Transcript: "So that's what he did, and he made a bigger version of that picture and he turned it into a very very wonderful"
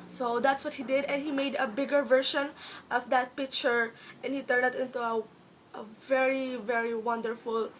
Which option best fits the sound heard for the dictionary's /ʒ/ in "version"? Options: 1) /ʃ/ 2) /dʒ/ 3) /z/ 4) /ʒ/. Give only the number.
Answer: 1